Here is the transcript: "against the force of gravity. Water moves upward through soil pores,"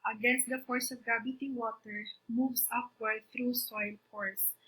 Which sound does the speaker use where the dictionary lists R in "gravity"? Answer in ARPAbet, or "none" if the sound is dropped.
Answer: none